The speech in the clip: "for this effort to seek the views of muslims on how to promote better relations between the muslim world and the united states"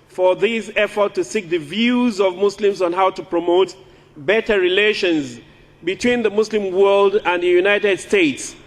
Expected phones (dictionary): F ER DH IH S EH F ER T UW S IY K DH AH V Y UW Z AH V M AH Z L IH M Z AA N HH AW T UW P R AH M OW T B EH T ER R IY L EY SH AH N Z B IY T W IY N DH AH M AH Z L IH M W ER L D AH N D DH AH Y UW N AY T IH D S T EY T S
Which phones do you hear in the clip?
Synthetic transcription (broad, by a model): F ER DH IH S EH F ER T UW S IY K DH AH V Y UW Z AH V M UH S L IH M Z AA N HH AW T UW P R AH M OW T B EH T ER R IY L EY SH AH N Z B IY T W IY N DH AH M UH S L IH M W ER L D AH N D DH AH Y UW N AY T IH D S T EY T S